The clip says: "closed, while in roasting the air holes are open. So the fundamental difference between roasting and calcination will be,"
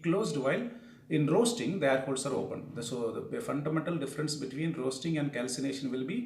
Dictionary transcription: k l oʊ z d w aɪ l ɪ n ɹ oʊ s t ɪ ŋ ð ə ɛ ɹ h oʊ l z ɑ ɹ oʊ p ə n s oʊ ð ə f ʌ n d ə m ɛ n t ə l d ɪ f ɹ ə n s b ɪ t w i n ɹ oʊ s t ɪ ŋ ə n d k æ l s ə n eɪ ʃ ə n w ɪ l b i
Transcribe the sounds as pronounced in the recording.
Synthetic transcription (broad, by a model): k l oʊ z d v aɪ l ɪ n ɹ oʊ s t ɪ ŋ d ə ɛ ɹ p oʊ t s ɑ ɹ oʊ p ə n s oʊ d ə f ʌ n d ə m ɛ n t ə l d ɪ f ɹ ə n s b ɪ t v i n ɹ oʊ s t ɪ ŋ ə n d k æ l s ə n eɪ ʃ ə n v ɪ l b i